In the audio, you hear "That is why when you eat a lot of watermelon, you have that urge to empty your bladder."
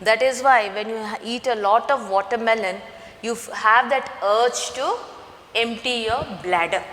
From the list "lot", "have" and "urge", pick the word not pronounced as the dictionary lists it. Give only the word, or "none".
urge